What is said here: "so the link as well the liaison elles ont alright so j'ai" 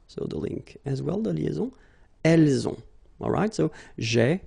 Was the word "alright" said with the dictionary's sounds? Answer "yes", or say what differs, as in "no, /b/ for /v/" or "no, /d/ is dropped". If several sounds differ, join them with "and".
yes